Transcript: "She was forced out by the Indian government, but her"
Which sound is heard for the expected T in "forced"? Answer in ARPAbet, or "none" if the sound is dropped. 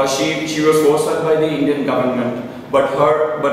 none